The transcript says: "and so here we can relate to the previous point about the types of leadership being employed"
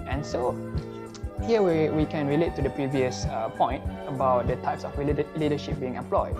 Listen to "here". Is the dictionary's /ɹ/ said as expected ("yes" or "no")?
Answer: no